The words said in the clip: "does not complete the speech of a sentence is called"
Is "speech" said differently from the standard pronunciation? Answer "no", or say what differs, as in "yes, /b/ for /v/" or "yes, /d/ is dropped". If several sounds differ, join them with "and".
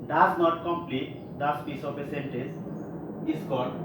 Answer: yes, /s/ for /tʃ/